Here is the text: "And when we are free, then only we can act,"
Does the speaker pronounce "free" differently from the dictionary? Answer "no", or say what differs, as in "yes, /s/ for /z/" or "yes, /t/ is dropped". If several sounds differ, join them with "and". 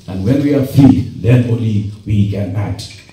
yes, /ɹ/ is dropped